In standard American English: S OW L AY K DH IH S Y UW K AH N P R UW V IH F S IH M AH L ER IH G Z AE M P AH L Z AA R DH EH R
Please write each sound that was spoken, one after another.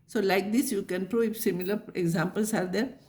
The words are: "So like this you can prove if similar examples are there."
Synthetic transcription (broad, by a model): S OW L AY K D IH S Y UW K AH N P R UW IH F S IH M AH L ER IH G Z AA M P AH L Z AA R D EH R